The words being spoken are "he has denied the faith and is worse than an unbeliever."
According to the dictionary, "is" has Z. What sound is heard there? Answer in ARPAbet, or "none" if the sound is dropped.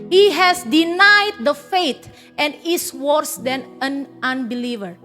S